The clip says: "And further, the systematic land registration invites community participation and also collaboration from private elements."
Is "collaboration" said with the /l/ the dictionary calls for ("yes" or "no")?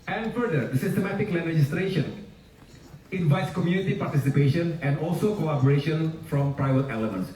no